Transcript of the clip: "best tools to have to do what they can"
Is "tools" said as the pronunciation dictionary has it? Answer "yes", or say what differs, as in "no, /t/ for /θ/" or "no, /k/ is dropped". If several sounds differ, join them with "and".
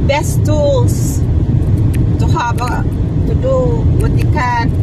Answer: no, /s/ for /z/